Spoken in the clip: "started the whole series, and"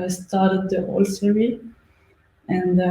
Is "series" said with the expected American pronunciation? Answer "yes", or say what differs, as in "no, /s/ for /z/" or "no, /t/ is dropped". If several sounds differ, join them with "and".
no, /z/ is dropped